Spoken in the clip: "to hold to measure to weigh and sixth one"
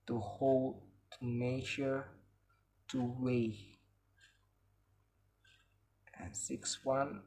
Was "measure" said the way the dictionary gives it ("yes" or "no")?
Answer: no